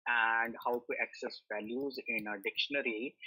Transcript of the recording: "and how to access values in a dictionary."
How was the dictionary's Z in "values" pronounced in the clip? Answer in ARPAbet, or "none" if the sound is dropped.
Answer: Z